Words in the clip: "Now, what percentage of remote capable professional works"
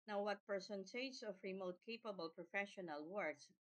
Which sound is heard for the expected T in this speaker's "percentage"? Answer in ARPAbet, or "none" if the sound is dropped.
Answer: S